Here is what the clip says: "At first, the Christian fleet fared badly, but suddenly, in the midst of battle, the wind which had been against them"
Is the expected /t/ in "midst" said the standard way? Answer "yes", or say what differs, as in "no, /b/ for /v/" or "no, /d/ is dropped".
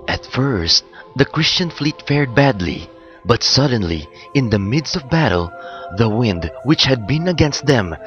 yes